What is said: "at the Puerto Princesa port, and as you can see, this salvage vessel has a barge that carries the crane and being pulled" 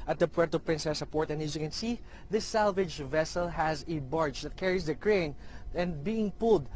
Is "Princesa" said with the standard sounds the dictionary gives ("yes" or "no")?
yes